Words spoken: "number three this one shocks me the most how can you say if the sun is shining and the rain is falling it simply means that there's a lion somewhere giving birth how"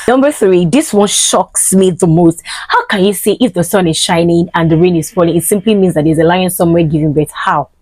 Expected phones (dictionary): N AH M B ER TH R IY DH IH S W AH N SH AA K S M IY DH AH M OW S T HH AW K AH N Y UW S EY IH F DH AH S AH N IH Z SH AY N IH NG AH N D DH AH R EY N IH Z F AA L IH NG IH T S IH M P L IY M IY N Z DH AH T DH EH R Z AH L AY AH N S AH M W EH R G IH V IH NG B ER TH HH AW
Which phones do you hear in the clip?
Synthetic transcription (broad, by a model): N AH M B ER TH R IY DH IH S W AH N SH AA K S M IY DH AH M OW S T HH AW K AH N Y UW S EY IH F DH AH S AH N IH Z SH AY N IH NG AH N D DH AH R EY N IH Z F AA L IH NG IH T S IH M P L IY M IY N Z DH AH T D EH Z AH L AY AH N S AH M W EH G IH V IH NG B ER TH HH AW